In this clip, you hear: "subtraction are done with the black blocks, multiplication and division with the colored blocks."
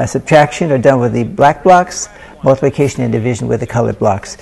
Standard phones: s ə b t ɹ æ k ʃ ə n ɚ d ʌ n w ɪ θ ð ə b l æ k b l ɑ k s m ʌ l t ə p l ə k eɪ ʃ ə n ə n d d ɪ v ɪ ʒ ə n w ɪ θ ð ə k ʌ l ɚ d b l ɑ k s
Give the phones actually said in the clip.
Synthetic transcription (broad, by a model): s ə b t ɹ æ k ʃ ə n ɚ d ʌ n w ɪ ð ə b l æ k b l ɑ k s m ʌ l t ə p l ə k eɪ ʃ ə n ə n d d ɪ v ɪ ʒ ə n w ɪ ð ə k ʌ l ɚ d b l ɑ k s